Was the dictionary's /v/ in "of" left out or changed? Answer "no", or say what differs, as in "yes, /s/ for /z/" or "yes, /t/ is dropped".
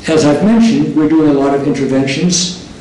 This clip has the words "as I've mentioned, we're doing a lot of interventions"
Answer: no